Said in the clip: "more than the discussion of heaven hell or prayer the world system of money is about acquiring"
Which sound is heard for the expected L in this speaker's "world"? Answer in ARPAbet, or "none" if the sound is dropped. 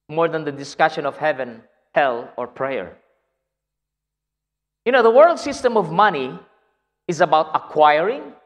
L